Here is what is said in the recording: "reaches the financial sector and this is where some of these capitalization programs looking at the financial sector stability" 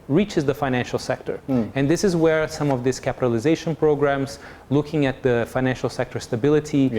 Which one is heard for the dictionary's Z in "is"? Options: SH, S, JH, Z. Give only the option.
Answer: Z